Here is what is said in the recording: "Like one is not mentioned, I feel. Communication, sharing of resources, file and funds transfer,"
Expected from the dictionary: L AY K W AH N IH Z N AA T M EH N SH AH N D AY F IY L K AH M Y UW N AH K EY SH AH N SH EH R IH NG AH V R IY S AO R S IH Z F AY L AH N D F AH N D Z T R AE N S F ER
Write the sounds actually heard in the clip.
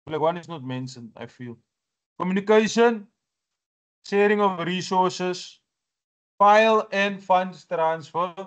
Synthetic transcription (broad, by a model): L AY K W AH N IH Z N AA T M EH N S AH N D AY F IY L K AH M Y UW N AH K EY SH AH N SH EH R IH NG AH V R IY S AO R S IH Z F AY L AH N D F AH N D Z T R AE N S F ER